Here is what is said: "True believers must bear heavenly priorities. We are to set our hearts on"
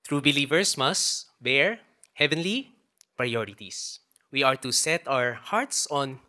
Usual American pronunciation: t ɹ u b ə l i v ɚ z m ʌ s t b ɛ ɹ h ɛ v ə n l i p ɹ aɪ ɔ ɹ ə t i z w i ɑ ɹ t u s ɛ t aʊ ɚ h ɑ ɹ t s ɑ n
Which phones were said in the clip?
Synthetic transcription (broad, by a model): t ɹ u b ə l i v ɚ s m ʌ s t b ɛ ɹ h ɛ v ə n l i p ɹ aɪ ɔ ɹ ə t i s w i ɑ ɹ t u s ɛ t aʊ ɚ h ɑ ɹ t s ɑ n